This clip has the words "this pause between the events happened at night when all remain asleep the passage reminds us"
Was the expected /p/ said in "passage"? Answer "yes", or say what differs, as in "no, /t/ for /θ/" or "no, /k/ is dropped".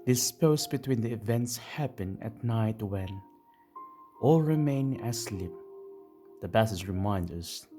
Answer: no, /b/ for /p/